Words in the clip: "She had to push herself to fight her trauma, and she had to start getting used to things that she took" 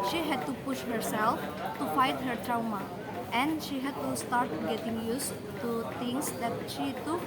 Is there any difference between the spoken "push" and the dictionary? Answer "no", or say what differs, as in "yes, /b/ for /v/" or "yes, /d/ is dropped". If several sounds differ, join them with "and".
no